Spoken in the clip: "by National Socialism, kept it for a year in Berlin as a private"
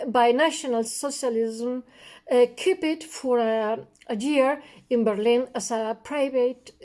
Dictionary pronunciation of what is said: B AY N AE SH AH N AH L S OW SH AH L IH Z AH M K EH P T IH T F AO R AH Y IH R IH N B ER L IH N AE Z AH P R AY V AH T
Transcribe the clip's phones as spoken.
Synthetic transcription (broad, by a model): B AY N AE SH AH N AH L S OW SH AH L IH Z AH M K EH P IH T F AO R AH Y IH R IH N B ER L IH N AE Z AH P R AY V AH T